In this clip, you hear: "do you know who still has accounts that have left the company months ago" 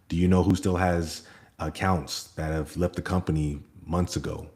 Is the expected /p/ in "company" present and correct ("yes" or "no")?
yes